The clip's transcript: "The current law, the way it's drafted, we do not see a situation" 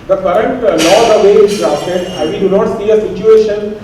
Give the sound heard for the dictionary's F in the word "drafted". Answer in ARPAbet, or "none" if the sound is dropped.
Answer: none